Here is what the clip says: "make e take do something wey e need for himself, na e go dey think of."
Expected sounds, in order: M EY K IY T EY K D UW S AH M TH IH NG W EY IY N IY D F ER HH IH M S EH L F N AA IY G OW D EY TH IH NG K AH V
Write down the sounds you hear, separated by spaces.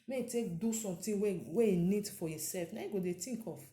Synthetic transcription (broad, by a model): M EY IY T EY K D UW S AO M T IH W W EY IY N IY D F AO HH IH S EH L F N AA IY G OW D EY T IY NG K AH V